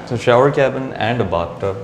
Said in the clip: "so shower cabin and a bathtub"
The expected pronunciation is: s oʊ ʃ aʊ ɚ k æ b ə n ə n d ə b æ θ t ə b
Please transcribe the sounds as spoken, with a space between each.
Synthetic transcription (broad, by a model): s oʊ ʃ aʊ ɚ k æ b ə n ə n d ə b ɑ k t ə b